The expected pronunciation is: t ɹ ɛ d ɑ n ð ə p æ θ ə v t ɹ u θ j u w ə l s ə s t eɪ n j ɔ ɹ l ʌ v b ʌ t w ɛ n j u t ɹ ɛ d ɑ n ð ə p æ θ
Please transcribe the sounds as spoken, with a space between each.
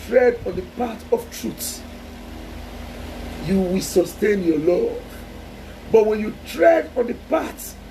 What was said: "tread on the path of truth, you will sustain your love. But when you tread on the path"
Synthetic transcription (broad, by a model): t ɹ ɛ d ɑ n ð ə p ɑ t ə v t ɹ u s j u w ə l s ə s t eɪ n j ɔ l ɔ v b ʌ t w ɛ n j u t ɹ ɛ d ɑ n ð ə p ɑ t